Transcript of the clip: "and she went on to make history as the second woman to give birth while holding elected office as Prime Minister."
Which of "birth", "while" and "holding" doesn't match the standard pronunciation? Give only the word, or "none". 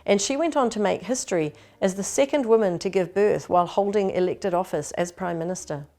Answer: none